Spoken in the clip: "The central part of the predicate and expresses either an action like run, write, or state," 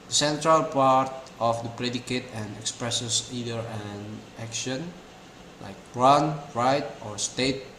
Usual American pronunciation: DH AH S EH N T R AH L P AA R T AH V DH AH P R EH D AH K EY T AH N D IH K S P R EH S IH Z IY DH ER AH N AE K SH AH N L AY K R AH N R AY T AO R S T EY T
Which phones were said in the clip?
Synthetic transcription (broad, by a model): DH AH S EH N T R AH L P AA R T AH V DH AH P R EH D AH K EY T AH N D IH K S P R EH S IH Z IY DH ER AH N AE K SH AH N L AY K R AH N R AY T AO R S T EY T